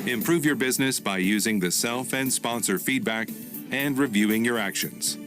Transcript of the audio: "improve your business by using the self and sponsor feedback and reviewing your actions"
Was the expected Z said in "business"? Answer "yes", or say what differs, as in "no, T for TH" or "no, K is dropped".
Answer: yes